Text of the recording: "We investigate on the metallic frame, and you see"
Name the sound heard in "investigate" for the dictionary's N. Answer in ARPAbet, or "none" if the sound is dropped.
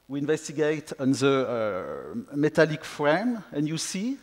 N